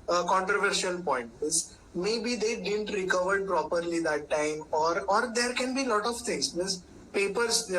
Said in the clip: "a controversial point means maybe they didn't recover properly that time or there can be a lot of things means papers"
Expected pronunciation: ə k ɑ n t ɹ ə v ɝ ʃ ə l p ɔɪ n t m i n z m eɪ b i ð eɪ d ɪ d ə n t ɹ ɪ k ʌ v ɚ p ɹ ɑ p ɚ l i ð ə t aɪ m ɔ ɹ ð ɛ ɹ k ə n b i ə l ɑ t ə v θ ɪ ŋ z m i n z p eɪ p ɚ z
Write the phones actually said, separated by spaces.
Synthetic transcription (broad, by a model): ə k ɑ n t ɹ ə v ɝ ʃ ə l p ɔɪ n t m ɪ z m eɪ b i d eɪ d ɪ d ə n t ɹ ɪ k ʌ v ɚ p ɹ ɑ p ɚ l i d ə t aɪ m ɔ ɹ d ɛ ɹ k ə n b i l ɑ t ə v t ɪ ŋ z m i z p eɪ p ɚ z